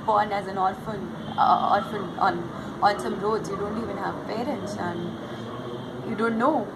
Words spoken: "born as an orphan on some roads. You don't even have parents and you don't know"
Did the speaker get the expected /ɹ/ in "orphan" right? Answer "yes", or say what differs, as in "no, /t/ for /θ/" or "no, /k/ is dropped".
no, /l/ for /ɹ/